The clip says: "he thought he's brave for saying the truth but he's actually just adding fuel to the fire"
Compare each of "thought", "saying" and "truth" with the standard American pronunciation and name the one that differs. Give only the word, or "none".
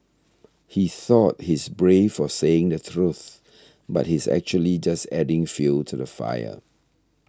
none